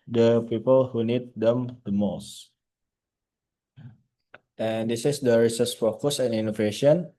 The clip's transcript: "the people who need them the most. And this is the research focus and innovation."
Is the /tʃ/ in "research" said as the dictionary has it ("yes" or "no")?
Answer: no